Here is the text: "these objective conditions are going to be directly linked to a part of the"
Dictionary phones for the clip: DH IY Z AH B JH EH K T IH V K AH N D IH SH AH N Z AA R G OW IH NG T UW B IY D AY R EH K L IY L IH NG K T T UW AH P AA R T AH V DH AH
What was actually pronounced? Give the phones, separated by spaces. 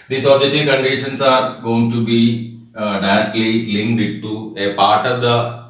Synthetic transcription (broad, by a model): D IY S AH JH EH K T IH K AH N D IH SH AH N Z AA R G OW IH NG T UW B IY D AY R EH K L IY L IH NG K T T UW AH P AA R T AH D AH